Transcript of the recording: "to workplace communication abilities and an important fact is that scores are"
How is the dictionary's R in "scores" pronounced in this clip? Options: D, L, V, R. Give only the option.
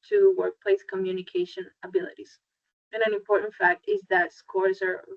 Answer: R